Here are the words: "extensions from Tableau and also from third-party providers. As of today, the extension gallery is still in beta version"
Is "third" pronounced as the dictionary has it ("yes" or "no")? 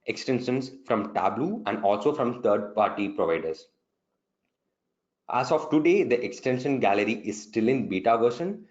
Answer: no